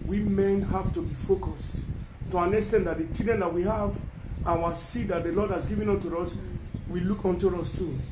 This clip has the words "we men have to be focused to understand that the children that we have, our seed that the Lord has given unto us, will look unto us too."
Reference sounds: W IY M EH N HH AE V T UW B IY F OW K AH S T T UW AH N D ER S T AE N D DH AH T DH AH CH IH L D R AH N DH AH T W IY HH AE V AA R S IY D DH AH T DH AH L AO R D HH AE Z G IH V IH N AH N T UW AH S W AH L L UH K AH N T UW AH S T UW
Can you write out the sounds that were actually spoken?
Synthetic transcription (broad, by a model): W IY M EH N HH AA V T UW B IY F OW K AH S T T UW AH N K S T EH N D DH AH T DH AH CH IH D AH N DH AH T W IY HH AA V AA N S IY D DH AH T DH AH L AO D HH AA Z G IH V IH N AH N T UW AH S W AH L L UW K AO N T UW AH S T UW